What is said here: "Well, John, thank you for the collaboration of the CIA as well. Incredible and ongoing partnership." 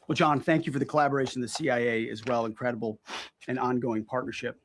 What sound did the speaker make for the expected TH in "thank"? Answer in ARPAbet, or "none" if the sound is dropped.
TH